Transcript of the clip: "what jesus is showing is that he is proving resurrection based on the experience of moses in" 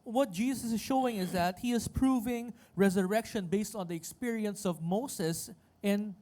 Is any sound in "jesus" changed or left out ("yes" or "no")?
yes